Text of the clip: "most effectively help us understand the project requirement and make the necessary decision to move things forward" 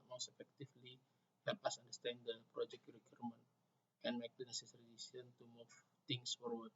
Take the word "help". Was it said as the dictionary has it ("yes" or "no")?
yes